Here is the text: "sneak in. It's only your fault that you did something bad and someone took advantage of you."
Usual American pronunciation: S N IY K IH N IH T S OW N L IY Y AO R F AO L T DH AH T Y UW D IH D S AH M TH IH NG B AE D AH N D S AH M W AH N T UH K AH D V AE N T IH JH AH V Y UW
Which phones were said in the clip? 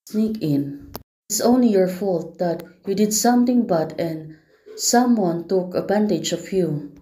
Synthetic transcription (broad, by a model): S N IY K IH N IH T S OW N L IY Y AO R F AO L T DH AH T Y UW D IH D S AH M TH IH NG B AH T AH N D S AH M W AH N T UH K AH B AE N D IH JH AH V Y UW